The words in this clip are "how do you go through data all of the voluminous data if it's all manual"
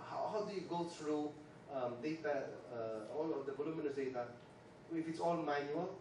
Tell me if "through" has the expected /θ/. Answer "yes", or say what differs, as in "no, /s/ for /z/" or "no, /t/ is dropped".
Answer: no, /t/ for /θ/